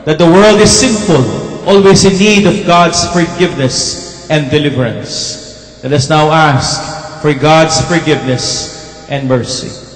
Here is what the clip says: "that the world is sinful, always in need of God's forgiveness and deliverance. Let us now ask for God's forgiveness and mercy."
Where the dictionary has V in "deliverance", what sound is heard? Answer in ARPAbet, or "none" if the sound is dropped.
V